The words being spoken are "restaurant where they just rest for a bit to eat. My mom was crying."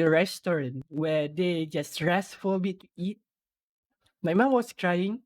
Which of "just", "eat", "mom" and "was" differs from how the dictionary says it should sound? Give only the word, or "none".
was